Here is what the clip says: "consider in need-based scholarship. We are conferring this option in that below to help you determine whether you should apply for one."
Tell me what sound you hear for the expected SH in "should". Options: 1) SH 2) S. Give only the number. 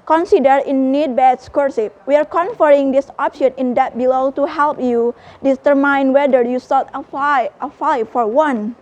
2